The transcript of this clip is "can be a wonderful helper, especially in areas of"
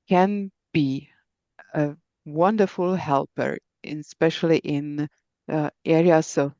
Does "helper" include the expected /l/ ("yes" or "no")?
yes